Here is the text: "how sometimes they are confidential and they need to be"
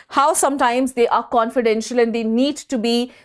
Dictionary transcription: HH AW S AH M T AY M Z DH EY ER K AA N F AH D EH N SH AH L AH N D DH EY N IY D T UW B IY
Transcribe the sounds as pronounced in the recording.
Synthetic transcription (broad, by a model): HH AW S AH M T AY M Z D EY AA K AA N F AH D EH N SH AH L AH N D EY N IY D T UW B IY